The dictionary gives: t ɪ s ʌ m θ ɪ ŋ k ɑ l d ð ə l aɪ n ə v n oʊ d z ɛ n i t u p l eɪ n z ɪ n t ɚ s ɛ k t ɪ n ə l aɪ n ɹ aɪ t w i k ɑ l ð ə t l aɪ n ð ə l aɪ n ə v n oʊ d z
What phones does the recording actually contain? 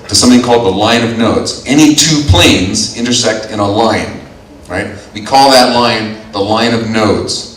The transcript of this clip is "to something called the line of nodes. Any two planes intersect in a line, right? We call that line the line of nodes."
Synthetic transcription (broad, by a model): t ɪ s ʌ m θ ɪ ŋ k ɑ l d ð ə l aɪ n ə v n oʊ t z ɛ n i t u p l eɪ n z ɪ n t ɚ s ɛ k t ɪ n ə l aɪ n ɹ aɪ t w i k ɑ l ð ə t l aɪ n ð ə l aɪ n ə v n oʊ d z